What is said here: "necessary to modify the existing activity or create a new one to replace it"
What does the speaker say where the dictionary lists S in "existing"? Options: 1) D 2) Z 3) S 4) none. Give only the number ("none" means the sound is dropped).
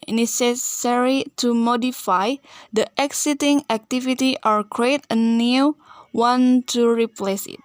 4